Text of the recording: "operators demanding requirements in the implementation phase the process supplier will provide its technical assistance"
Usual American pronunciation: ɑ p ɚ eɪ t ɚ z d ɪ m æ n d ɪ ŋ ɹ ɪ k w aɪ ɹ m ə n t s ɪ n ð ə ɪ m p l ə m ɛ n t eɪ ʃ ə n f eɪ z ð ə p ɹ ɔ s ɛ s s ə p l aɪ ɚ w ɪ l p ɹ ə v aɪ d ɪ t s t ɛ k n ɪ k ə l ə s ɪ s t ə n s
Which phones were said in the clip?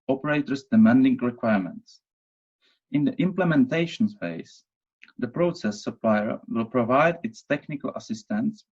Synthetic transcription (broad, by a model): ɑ p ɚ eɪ t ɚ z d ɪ m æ n d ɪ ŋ ɹ ɪ k w aɪ ɹ m ə n t s ɪ n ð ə ɪ m p l ə m ɛ n t eɪ ʃ ə n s eɪ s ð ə p ɹ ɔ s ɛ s s ə p l aɪ ɚ w ɪ l p ɹ ə v aɪ d ɪ t s t ɛ k n ɪ k ə l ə s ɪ s t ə n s